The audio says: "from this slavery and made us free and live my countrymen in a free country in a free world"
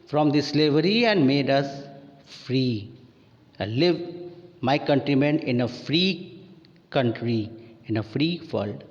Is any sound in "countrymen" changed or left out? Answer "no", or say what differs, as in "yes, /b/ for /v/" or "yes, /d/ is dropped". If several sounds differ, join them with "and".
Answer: no